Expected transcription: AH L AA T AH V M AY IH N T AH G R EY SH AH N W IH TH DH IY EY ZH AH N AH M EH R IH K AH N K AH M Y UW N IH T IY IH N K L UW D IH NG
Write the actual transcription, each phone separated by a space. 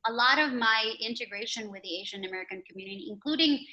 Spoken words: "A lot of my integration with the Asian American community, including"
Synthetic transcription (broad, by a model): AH L AA T AH V M AY IH N T AH G R EY SH AH N W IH DH IY EY ZH AH N AH M EH R IH K AH N K M Y UW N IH T IY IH N K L UW D IH NG